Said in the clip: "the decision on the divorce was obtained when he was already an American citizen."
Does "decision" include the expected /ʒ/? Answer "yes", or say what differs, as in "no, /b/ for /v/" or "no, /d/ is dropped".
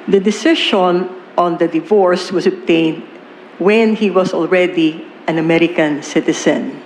no, /ʃ/ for /ʒ/